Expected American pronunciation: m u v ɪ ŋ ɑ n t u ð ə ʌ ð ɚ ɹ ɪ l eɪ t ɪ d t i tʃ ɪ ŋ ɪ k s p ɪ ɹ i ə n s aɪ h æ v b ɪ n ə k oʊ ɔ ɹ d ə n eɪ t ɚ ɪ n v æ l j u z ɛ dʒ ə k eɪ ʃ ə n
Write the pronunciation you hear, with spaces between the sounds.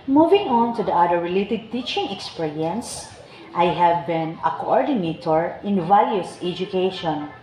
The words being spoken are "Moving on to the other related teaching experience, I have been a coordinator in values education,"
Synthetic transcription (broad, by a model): m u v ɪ ŋ ɑ n t u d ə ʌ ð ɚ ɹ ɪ l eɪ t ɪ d t i tʃ ɪ ŋ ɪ k s p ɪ ɹ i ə n s aɪ h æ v b ɪ n ə k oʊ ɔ ɹ d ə n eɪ t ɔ ɪ n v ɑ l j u s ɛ dʒ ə k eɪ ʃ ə n